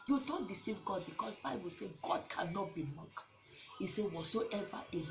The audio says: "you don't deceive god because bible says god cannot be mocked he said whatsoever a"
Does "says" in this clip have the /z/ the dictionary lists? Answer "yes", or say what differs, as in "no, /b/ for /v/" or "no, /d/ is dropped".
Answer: no, /z/ is dropped